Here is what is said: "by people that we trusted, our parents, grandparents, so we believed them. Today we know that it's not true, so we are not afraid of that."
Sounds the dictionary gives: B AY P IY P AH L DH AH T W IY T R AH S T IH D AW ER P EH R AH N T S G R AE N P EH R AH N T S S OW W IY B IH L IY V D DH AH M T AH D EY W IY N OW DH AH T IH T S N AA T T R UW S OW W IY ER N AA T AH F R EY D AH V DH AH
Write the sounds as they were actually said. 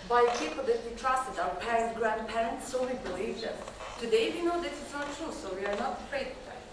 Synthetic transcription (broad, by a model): B AY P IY P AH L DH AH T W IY T R AH S T IH D AW ER P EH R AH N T G R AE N P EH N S S OW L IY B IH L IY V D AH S T AH D EY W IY N OW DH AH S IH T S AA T T R UW S OW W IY ER N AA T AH F R EY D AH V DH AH